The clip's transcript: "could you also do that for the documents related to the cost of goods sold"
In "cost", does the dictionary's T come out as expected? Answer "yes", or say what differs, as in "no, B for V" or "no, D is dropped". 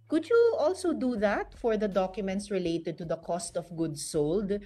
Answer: yes